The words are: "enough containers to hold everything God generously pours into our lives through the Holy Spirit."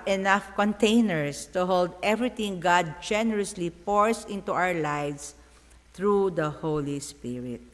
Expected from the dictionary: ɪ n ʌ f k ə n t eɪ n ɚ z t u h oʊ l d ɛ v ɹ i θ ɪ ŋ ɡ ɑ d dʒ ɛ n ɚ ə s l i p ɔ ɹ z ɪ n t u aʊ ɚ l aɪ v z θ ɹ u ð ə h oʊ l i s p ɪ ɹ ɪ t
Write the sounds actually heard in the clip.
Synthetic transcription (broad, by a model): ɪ n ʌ f k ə n t eɪ n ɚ s t u h oʊ l d ɛ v ɹ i t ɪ ŋ ɡ ɑ d dʒ ɛ n ɚ ə s l i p ɔ ɹ s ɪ n t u aʊ ɚ l aɪ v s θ ɹ u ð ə h oʊ l i s p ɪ ɹ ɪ t